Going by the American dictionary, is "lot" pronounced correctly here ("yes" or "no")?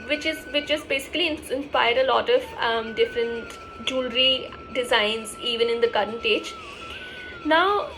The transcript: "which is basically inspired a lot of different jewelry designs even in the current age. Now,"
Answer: yes